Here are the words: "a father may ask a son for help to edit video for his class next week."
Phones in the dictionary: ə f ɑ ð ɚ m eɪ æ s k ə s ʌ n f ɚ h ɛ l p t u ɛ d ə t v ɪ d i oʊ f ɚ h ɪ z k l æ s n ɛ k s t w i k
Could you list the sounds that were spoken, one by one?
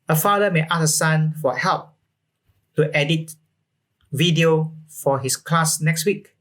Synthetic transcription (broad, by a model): ə f ɑ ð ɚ m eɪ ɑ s ə s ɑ n f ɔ h ɛ l p t u ɛ d ə t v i d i oʊ f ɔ h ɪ s k l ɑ s n ɛ k s t w i k